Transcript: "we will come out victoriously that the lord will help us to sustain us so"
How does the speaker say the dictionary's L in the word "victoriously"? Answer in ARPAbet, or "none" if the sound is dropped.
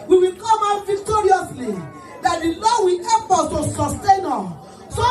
L